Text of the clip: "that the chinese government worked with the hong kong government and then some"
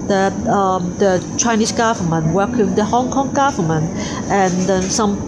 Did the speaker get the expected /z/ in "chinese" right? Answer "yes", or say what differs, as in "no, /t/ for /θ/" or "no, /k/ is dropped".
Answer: no, /s/ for /z/